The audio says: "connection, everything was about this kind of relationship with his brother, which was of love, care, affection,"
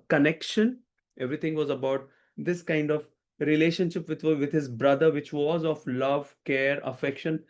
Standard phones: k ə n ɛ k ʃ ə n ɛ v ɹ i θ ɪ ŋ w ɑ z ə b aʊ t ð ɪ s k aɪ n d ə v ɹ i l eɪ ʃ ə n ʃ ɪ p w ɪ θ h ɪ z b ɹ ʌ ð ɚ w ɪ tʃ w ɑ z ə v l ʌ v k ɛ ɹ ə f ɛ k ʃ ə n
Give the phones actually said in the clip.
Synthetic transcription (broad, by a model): k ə n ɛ k ʃ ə n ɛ v ɹ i t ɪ ŋ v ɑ z ə b aʊ t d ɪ s k aɪ n d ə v ɹ i l eɪ ʃ ə n ʃ ɪ p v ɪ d h ɪ z b ɹ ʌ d ɚ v ɪ tʃ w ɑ z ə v l ʌ v k ɛ ɹ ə f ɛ k ʃ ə n